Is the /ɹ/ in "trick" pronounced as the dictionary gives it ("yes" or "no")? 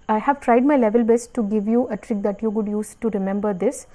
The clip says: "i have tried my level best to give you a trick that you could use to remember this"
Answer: yes